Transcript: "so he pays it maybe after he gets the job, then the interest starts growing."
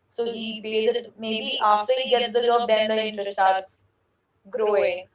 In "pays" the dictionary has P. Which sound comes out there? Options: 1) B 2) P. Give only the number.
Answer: 1